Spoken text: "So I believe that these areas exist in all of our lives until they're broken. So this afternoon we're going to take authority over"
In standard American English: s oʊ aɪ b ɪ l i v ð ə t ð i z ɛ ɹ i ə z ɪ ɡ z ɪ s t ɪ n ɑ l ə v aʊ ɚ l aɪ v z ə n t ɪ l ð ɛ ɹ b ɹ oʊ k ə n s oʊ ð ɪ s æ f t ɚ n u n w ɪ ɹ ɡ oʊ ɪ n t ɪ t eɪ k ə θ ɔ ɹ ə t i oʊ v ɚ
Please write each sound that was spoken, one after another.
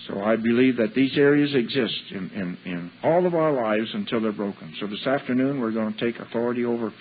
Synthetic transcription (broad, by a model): s oʊ aɪ b ɪ l i v ð ə t ð i z ɛ ɹ i ə z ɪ ɡ z ɪ s t ɪ n ɑ l ə v aʊ ɚ l aɪ v z ə n t ɪ l ð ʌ ɹ b ɹ oʊ k ə n s oʊ ð ɪ s æ f t ɚ n u n w ɪ ɹ ɡ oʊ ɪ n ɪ t eɪ k ə θ ɔ ɹ ə t i oʊ v ɚ